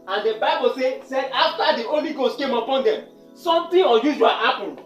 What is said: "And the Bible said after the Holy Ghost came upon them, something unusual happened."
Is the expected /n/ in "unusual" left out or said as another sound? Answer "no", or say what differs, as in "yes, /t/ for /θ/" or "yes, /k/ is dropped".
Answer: yes, /n/ is dropped